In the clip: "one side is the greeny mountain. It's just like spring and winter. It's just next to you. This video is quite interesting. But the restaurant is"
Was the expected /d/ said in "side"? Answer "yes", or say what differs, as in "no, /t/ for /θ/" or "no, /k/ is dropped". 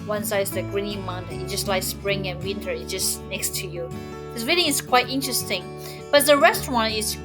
no, /d/ is dropped